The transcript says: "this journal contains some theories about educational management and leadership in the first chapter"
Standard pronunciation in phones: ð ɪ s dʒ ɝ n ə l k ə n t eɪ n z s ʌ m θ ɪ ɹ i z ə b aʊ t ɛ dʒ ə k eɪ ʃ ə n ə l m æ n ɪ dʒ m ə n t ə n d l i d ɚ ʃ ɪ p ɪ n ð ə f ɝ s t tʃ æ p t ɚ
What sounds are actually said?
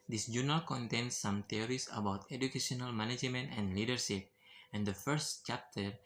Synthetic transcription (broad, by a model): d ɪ s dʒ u n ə l k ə n t eɪ n s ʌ m t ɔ ɹ i s ə b aʊ t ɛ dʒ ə k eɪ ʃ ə n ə l m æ n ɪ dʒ m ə n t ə n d l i d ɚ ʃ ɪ p ɪ n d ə f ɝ s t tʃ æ p t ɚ